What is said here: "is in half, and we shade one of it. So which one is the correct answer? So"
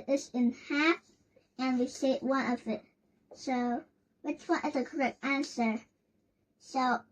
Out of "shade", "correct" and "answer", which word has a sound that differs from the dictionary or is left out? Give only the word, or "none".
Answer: shade